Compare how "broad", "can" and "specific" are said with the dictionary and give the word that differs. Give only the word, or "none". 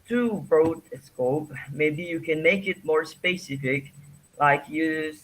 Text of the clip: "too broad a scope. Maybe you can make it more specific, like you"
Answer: broad